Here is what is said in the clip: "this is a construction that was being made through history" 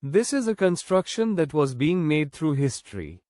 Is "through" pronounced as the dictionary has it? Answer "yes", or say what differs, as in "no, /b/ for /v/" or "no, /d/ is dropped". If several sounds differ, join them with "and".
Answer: no, /t/ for /θ/